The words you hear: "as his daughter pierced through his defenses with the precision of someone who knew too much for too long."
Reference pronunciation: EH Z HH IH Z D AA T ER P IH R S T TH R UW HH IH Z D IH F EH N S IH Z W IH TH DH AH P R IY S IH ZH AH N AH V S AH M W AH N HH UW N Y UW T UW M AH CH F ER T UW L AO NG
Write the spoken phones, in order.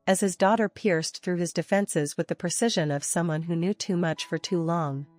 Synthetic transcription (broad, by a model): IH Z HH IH Z D AA T ER P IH R S TH R UW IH Z D IH F EH N S IH Z W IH DH AH P R IY S IH ZH AH N AH V S AH M W AH N HH UW N Y UW T UW M AH CH F ER T UW L AO NG